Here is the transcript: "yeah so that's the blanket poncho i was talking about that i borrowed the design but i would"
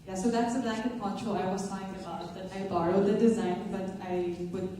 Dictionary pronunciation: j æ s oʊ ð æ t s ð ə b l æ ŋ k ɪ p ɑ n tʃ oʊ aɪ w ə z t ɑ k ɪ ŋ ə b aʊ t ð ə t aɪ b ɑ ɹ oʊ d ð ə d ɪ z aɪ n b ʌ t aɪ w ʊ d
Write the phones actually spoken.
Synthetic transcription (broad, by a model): j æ s oʊ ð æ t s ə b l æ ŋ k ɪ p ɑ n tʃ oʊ aɪ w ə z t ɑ ɪ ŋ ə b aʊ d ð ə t aɪ b ɑ ɹ oʊ d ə d ɪ z aɪ n b ʌ t aɪ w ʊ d